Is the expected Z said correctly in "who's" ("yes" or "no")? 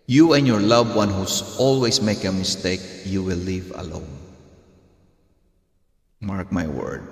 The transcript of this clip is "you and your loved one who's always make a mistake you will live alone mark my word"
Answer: no